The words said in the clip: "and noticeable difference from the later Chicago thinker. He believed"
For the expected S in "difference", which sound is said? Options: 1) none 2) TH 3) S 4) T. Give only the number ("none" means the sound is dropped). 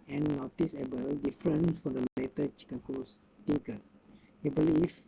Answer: 1